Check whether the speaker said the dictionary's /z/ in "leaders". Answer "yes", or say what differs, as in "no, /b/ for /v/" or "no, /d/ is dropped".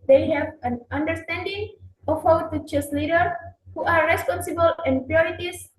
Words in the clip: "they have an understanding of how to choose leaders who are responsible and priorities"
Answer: no, /z/ is dropped